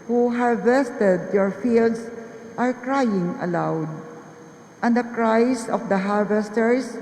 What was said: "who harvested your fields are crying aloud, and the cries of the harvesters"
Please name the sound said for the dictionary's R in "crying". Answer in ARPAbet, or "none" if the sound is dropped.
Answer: R